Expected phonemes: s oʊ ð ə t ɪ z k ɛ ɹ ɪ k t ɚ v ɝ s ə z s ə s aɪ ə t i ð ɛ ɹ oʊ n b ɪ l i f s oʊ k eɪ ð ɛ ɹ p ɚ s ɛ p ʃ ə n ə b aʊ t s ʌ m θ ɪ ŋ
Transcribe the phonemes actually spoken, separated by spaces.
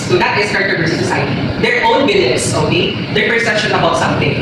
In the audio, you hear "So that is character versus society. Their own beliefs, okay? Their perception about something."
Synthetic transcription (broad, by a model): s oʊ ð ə t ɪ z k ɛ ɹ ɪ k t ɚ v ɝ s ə s ə s aɪ ə t i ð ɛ ɹ oʊ n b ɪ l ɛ s oʊ k eɪ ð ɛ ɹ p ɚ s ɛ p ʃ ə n ə b aʊ t s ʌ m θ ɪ ŋ